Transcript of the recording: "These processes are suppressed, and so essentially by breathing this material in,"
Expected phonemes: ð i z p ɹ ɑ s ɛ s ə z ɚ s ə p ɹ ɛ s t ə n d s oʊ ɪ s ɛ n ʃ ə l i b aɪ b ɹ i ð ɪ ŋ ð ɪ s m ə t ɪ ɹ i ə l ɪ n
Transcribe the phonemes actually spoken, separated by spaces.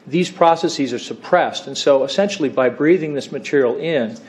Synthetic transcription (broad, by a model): ð i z p ɹ ɑ s ɛ s ə z ɚ s ə p ɹ ɛ s t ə n s oʊ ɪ s ɛ n ʃ l i b aɪ b ɹ i ð ɪ ŋ ð ɪ s m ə t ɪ ɹ i l ɪ n